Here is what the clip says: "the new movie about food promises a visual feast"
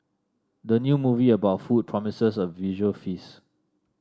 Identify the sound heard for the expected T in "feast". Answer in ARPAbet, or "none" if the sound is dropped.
none